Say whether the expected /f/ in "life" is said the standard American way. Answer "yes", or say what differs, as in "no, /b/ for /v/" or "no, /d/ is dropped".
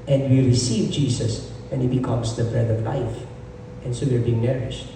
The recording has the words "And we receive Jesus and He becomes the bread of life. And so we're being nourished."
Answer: yes